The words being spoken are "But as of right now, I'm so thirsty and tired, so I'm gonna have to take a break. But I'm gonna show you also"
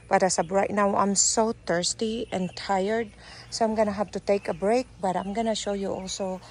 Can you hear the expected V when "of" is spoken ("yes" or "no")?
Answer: no